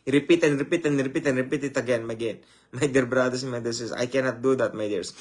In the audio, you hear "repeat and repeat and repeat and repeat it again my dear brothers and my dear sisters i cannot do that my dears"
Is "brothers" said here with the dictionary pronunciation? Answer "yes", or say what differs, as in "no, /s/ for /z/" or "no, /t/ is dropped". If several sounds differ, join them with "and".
no, /s/ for /z/